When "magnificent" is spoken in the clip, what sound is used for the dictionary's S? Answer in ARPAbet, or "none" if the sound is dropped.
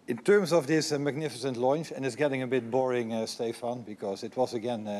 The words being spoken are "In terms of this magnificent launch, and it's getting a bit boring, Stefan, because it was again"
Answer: S